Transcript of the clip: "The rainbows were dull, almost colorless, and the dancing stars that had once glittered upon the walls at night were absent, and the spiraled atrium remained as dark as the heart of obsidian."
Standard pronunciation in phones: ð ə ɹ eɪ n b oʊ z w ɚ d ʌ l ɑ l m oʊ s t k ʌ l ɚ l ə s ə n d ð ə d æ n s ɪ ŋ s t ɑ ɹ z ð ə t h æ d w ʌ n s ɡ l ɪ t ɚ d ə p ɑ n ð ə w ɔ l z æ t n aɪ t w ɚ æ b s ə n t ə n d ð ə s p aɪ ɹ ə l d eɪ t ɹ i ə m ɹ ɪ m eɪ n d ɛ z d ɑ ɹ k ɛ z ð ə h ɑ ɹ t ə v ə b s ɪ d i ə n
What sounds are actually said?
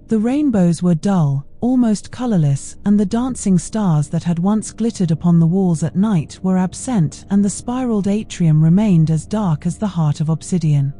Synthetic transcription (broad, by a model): ð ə ɹ eɪ n b oʊ z w ɚ d ʌ l ɑ l m oʊ s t k ʌ l ɚ l ə s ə n ð ə d æ n s ɪ ŋ s t ɑ ɹ z ð ə t h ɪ d w ʌ n s ɡ l ɪ t ɚ d ə p ɑ n ð ə w ɔ l z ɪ t n aɪ t w ɚ æ b s ə n t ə n ð ə s p aɪ ɹ l d eɪ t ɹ i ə m ɹ ɪ m eɪ n d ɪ z d ɑ ɹ k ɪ z ð ə h ɑ ɹ t ə v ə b s ɪ d i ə n